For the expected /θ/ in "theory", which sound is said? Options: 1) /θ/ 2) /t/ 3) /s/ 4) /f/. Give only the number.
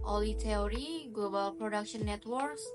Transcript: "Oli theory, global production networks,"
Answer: 2